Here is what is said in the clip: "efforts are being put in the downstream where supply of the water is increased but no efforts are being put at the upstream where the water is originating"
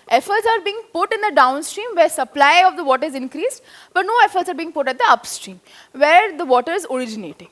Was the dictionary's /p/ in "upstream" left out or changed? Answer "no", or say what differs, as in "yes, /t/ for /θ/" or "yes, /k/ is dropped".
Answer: no